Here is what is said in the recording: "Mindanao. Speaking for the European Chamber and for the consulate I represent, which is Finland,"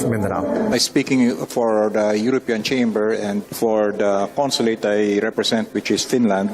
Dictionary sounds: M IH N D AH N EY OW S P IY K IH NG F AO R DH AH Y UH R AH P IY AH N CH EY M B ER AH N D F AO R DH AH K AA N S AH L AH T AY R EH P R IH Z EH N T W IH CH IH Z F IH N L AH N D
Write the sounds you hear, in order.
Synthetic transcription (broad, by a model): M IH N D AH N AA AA S P IY K IH NG F AO R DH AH Y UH R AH P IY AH N CH EY M B ER AH N D F AO R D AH K AA N S AH L AH T AY R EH P R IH S EH N T W IH CH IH S F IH N L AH N D